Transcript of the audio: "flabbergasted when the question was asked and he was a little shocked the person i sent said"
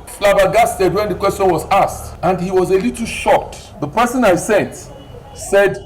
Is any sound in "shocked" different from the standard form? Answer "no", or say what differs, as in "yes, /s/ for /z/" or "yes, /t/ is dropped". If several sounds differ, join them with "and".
yes, /k/ is dropped